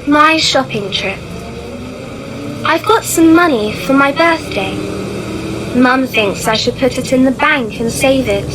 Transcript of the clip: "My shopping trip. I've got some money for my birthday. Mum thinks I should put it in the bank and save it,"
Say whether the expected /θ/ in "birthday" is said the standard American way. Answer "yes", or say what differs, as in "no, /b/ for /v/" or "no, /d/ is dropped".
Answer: yes